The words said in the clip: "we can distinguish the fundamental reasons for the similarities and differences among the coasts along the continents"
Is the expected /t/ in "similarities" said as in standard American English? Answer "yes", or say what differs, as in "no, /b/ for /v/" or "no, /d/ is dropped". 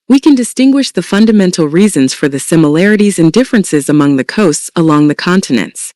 yes